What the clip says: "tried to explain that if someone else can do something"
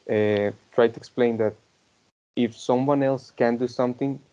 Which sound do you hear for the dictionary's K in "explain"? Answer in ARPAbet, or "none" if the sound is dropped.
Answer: K